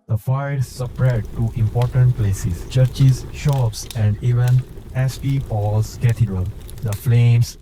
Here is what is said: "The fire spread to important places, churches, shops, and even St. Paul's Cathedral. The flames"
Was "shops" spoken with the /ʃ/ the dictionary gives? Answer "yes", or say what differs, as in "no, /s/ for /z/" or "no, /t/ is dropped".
yes